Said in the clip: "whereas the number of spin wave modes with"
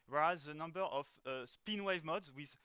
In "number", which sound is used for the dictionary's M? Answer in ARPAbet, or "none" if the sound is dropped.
M